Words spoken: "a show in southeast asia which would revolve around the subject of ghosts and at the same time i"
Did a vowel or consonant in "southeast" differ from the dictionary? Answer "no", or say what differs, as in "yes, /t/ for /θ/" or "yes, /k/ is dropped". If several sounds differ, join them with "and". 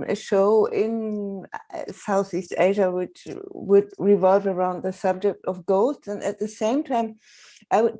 no